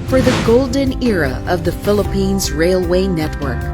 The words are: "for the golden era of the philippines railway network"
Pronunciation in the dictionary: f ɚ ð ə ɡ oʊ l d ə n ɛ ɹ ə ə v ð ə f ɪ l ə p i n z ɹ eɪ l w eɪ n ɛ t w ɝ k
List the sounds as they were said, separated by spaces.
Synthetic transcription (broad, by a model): f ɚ ð ə ɡ oʊ l d ə n ɛ ɹ ə ə v ð ə f ɪ l ə p i n z ɹ eɪ l w eɪ n ɛ t w ɝ k